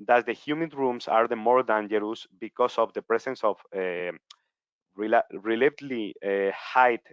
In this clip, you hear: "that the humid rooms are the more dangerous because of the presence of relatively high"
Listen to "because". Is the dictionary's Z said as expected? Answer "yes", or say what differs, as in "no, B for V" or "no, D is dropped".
no, S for Z